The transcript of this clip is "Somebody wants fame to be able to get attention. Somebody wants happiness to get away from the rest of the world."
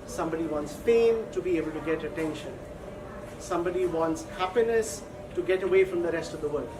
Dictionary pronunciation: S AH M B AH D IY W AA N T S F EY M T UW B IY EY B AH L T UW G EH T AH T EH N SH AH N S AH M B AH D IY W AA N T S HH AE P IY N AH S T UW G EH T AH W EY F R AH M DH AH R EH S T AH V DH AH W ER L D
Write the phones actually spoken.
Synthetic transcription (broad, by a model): S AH M B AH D IY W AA N T S P EY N T UW B IY EY B AH L T UW G EH T AH T EH N SH AH N S AH M B AH D IY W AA N T S HH AE P IY N AH S T UW G EH T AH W EY F R AH M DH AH R EH S T AH V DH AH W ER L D